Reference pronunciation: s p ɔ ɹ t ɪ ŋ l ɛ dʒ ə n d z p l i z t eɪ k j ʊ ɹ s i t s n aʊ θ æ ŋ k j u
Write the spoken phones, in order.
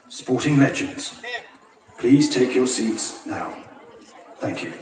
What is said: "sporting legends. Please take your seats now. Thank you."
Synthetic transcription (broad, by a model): s p ɔ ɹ t ɪ ŋ l ɛ dʒ ə n d z p l i z t eɪ k j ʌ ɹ s i t s n aʊ θ æ ŋ k j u